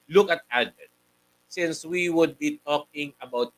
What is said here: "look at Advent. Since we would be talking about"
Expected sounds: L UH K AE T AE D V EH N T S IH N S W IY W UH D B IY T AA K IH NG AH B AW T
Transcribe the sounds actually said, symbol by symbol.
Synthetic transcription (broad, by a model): L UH K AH T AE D EH T S IH N S W IY W UH D B IY T AA K IH NG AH B AW T